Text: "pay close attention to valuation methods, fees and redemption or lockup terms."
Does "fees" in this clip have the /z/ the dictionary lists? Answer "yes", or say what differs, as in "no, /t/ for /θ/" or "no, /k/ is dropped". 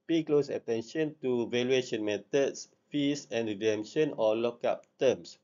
no, /s/ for /z/